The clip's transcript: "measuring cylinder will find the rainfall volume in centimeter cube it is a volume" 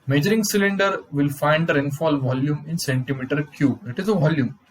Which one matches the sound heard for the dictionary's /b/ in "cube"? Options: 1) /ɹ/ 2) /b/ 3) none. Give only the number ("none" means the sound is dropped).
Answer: 3